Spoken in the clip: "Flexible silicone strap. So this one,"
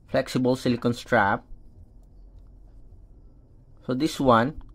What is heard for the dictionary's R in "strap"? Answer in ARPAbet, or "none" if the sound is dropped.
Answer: R